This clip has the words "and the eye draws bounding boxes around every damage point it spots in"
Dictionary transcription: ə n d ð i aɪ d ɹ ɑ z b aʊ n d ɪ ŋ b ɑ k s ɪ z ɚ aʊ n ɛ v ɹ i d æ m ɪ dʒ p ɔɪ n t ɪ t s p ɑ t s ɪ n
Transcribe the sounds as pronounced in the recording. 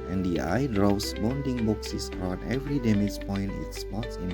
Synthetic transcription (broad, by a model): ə n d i aɪ d ɹ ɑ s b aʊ n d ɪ ŋ b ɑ k s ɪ s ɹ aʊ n ɛ v ɹ i d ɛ m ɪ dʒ p ɔɪ n t ɪ t s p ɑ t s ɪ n